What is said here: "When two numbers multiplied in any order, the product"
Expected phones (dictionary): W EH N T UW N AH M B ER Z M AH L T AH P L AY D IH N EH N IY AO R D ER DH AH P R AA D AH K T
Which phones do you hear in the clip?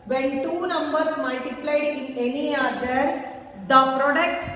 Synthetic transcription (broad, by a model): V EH N T UW N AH M B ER S M AH L T AH P L AY D IH N EH N IY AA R D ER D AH P R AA D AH K T